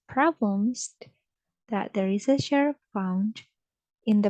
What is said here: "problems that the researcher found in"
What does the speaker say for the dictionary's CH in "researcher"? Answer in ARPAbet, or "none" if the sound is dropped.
SH